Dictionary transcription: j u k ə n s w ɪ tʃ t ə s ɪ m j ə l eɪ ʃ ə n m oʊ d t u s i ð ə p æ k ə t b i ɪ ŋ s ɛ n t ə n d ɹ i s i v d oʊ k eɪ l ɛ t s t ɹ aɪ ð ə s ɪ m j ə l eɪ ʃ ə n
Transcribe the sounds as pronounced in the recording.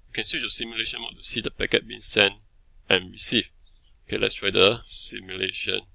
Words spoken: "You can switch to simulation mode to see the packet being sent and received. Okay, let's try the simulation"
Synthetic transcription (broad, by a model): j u k ə n s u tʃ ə s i m j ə l eɪ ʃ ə n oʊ t u s i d ə p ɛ k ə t b i ɪ ŋ s ɛ n t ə n ɹ i s i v oʊ k eɪ l ɛ t s t ɹ aɪ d ə s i m j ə l eɪ ʃ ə n